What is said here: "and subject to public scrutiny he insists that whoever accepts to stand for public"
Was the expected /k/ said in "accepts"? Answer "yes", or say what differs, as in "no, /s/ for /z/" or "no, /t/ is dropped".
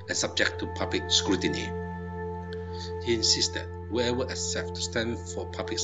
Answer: no, /k/ is dropped